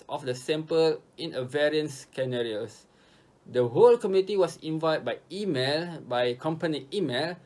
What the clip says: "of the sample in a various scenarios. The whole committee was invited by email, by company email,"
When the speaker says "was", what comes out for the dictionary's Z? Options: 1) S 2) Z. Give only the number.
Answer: 1